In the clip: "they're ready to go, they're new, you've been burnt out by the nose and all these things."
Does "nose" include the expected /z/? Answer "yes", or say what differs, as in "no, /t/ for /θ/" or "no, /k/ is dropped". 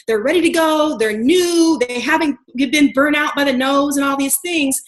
yes